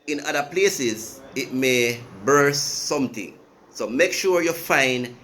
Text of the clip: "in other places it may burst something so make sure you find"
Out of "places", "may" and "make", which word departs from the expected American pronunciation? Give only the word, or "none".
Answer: none